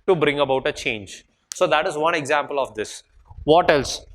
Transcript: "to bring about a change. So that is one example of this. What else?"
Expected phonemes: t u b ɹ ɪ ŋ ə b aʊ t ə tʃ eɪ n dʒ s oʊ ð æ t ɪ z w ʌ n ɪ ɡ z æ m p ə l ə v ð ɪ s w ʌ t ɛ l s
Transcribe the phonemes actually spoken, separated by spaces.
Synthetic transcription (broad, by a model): t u b ɹ ɪ ŋ ə b aʊ t ə tʃ eɪ n dʒ s oʊ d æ t ɪ z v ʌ n ɪ ɡ z æ m p ə l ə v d ɪ s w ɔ t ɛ l s